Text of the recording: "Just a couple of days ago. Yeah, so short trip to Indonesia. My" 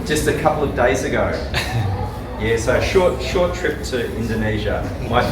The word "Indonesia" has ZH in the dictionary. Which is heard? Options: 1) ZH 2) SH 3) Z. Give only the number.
1